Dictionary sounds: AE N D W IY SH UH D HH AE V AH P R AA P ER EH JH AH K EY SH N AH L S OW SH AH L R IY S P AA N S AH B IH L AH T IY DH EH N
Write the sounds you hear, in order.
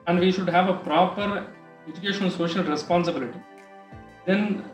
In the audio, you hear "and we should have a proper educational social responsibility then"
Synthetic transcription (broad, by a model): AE N D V IY SH UH D HH AE V AH P R AA P ER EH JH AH K EY SH AH N S OW SH AH L R IY S P AA N S AH B IH L AH T IY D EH N